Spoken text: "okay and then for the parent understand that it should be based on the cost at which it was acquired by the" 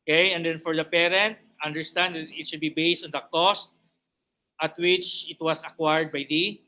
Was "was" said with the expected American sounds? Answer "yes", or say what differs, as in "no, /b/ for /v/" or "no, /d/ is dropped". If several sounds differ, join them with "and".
no, /s/ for /z/